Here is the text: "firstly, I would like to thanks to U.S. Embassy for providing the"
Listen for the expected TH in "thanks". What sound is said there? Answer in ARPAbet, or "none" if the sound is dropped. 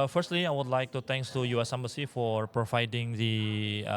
T